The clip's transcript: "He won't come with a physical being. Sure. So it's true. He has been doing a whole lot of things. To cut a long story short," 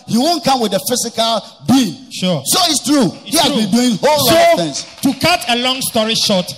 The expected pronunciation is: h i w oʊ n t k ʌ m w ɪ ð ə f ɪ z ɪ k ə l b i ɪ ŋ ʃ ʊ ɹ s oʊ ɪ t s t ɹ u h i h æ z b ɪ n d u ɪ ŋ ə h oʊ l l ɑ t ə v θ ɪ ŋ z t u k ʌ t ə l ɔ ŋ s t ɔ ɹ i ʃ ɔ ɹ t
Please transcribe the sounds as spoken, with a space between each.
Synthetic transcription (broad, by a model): h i w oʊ n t k ʌ m w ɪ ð ə f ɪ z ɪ k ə l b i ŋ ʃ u s oʊ ɪ t s t ɹ u h i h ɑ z b ɪ n d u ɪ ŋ h oʊ l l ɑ ə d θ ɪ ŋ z t u k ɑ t ə l ɔ ŋ s t ɔ ɹ i ʃ ɔ t